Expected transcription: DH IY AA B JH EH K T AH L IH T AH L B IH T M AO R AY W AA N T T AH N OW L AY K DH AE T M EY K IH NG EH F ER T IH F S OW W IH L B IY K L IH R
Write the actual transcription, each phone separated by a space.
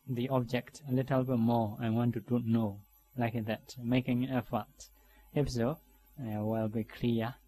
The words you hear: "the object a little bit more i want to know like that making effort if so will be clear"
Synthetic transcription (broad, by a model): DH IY AA B JH EH K T AH L IH T AH L B IH T M AO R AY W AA N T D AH N OW L AY K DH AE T M EY K IH NG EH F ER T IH P S OW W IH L B IY K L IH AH